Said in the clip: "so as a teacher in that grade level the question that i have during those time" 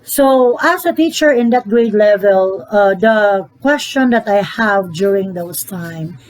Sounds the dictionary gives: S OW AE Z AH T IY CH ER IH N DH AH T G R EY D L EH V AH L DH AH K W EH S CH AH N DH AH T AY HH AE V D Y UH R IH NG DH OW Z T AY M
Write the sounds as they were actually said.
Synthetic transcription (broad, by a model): S OW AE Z AH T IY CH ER IH N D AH T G R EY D L EH V AH L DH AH K W EH S CH AH N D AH T AY HH AE V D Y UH R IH NG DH OW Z T AY M